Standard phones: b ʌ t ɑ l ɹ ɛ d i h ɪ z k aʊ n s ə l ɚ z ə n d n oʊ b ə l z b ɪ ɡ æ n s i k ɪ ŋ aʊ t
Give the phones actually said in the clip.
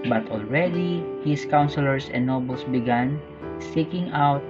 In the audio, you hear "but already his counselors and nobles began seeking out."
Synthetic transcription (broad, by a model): b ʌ t ɑ l ɹ ɛ d i h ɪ s k aʊ n s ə l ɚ s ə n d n oʊ b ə l s b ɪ ɡ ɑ n s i k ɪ ŋ aʊ t